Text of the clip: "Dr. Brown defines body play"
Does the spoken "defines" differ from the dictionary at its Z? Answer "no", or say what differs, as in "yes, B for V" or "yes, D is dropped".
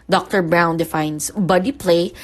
yes, S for Z